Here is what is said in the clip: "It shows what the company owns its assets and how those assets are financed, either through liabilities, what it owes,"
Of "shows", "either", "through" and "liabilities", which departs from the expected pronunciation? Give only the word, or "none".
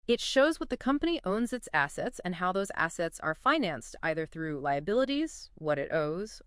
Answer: none